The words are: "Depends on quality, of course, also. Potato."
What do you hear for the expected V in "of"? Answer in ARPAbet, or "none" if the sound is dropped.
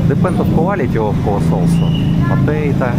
F